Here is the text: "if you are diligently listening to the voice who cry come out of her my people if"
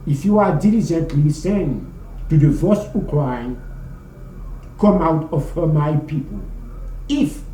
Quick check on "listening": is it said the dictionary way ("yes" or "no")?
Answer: no